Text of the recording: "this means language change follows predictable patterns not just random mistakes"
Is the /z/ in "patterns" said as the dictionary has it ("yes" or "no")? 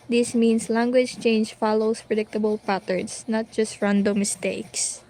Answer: no